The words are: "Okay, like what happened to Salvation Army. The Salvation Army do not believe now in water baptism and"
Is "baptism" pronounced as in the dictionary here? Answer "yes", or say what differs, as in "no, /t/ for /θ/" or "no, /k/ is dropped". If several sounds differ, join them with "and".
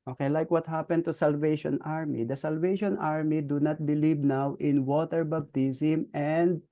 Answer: no, /b/ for /p/